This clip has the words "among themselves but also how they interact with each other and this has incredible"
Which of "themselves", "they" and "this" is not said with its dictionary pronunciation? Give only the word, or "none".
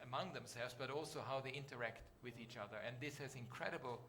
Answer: none